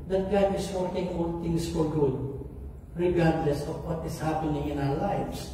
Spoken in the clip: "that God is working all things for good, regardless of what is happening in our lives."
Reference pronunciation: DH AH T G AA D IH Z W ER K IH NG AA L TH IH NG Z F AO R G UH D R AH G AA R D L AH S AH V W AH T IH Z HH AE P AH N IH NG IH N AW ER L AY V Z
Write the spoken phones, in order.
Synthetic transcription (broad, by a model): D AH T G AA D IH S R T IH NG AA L T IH NG S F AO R G UH D R AH G AA R D L AH S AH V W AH T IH S HH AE P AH N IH NG IH N AW ER L AY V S